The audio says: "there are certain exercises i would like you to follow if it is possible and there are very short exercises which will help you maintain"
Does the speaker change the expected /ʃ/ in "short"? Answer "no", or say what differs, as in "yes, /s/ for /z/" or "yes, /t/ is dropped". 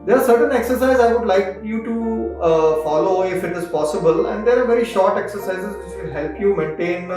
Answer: no